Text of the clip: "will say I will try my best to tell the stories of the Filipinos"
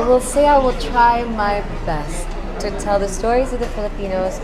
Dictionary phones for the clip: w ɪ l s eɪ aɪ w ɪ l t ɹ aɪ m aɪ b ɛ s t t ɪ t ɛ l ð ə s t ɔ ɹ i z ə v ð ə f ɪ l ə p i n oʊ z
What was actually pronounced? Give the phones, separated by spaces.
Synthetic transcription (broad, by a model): w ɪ l s eɪ aɪ w ɪ l t ɹ aɪ m aɪ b ɛ s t t ɪ t ɛ l ð ə s t ɔ ɹ i z ə v ð ə f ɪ l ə p i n oʊ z